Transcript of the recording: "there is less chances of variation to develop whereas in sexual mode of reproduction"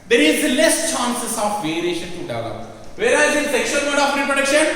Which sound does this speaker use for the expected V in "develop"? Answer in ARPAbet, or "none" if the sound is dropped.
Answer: none